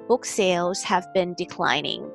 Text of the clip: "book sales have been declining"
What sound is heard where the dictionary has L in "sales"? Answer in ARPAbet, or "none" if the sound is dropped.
L